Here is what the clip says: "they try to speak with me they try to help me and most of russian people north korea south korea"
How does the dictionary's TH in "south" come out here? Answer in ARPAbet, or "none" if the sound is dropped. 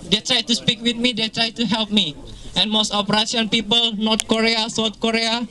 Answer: T